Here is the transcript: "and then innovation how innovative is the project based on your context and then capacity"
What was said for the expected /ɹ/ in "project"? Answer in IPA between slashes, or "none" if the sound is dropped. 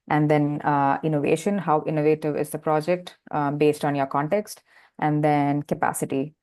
/ɹ/